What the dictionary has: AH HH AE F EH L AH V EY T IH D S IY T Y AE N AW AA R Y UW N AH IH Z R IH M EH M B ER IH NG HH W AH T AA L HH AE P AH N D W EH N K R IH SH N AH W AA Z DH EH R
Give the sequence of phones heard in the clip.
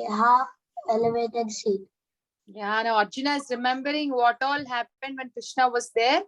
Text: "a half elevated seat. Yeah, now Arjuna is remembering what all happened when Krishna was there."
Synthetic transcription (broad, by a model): HH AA EH L AH V EY T IH D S IY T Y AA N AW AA R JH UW N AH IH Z R IH M EH M B ER IH NG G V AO T AA L HH AE P AH N D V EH N K R IH SH N AH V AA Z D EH R